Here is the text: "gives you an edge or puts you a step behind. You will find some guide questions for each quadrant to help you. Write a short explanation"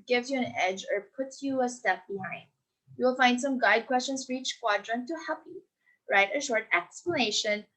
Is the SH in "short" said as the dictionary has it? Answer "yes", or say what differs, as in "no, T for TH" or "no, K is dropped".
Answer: yes